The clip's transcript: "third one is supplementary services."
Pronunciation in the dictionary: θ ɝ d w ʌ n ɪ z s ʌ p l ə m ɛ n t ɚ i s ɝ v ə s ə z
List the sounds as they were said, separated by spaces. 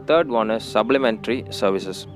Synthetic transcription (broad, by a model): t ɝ d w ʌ n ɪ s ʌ b l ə m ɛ n t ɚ i s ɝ v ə s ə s